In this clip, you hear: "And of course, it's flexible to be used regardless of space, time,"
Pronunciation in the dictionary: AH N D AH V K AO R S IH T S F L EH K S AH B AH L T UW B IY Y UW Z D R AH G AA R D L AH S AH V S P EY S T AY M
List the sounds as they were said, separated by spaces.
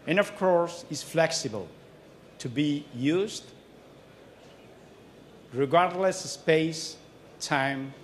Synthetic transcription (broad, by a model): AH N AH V K AO R S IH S F L EH K S AH B AH L T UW B IY Y UW Z D R AH G AA R D L AH S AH S P EY S T AY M